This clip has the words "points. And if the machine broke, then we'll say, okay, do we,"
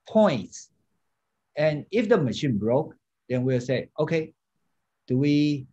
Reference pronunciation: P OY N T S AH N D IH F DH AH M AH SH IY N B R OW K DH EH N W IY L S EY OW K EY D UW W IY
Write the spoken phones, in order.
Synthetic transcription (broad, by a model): P OY N T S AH N IH F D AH M AH SH IY N B R OW K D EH N W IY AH S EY OW K EY D UW W IY